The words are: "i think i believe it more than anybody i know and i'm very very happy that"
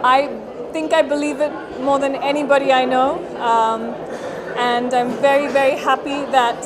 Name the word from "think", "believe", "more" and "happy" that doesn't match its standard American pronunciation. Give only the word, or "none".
none